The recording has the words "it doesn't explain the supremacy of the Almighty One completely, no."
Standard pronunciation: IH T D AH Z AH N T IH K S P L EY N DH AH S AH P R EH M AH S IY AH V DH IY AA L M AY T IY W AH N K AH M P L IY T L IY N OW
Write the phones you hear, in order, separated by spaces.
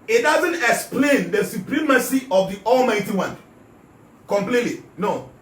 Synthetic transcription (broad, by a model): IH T D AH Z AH N T IH K S P L EY N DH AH S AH P R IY M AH S IY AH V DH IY AA L M AY T IY W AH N K AH M P L IY T L IY N OW